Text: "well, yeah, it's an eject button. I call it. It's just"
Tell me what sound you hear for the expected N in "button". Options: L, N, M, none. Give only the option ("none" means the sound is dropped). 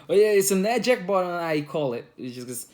none